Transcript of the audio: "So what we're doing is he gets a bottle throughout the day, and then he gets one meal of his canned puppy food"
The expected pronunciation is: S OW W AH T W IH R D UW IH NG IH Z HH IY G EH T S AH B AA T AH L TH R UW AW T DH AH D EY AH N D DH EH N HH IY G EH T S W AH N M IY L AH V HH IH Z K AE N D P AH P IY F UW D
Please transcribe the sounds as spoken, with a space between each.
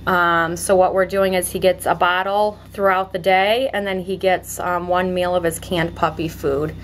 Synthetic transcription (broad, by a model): S OW W AH T W IH R D UW IH NG IH Z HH IY G EH T S AH B AA T L TH R UW AW T DH AH D EY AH N DH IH N IY G EH T S W AH N M IY L AH V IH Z K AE N P AH P IY F UW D